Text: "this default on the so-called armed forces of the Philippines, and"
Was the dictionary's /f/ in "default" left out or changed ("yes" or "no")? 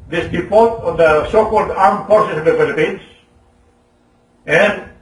yes